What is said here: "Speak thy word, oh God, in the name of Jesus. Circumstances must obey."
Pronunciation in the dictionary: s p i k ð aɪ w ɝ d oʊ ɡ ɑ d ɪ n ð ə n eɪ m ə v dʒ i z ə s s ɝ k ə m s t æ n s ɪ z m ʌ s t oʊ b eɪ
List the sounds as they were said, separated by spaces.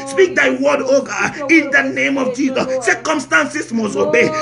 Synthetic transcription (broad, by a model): s p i k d aɪ w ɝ d oʊ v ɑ ɪ n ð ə n eɪ m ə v dʒ i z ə s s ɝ k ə m s t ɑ n s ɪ s m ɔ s oʊ b eɪ